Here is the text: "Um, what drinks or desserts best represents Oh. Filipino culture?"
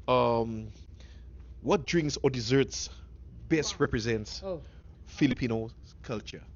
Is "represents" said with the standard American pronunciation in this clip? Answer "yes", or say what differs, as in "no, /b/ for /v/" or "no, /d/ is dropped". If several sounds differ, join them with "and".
yes